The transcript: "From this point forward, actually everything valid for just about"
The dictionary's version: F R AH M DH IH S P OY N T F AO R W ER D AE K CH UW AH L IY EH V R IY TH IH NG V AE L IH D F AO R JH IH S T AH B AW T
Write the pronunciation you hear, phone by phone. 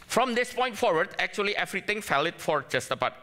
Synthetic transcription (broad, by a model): F R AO M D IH S P OY N T F AO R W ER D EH K CH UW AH L IY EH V R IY T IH NG F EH L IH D F AO R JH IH S T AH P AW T